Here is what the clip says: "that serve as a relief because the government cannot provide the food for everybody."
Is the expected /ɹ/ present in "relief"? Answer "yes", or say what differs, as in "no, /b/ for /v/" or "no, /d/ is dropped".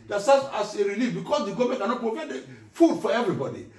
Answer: yes